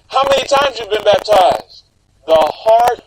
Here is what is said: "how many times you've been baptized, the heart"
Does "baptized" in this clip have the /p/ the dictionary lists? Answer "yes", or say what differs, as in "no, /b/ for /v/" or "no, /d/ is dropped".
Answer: yes